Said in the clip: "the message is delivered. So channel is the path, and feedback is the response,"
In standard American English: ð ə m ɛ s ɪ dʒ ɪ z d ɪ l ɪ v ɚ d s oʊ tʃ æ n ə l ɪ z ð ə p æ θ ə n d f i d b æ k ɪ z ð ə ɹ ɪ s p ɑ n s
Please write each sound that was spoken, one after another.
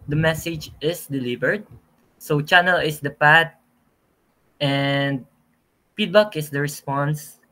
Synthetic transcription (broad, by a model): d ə m ɛ s ɪ dʒ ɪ s d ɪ l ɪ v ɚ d s oʊ tʃ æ n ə l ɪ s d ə p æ t ə n d p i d b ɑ k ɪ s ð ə ɹ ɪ s p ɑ n s